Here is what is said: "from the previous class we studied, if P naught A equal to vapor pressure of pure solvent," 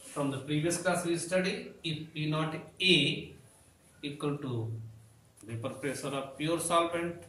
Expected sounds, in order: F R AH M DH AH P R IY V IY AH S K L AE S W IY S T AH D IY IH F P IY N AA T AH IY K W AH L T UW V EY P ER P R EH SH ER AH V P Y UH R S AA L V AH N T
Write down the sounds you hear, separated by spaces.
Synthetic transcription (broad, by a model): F R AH M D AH P R IY V IY AH S K L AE S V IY S T AH D IY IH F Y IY N AA T AH IY K W AH L T UW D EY P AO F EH S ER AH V P Y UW R S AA L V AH N T